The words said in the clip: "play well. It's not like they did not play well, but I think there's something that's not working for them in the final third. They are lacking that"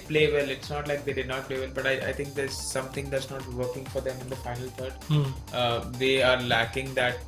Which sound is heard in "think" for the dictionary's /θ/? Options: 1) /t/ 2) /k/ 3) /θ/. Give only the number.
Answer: 1